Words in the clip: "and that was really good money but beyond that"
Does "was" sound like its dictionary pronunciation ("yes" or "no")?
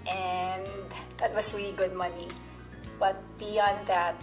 no